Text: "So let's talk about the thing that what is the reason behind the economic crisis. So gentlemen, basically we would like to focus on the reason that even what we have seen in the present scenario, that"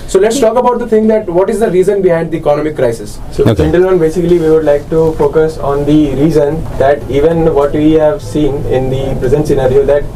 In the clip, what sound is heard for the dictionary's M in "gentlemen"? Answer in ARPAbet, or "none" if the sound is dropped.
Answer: none